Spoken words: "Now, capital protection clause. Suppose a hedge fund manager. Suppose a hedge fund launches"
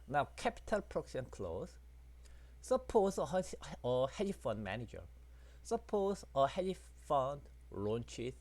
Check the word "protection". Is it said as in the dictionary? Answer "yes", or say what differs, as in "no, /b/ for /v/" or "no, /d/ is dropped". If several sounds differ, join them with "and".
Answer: no, /s/ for /ʃ/